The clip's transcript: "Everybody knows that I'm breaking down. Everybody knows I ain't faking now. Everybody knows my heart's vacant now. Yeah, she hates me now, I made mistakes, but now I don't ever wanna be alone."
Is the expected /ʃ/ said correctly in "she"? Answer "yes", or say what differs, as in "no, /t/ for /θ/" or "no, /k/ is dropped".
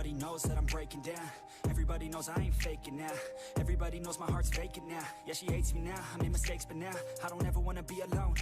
yes